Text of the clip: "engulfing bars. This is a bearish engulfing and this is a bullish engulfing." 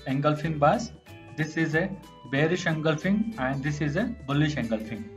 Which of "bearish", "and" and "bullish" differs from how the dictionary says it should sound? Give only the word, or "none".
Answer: none